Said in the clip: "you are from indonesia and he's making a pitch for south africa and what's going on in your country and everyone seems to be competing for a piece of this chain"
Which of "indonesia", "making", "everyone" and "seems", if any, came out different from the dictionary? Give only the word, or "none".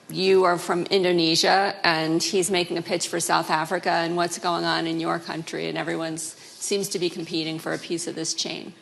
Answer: none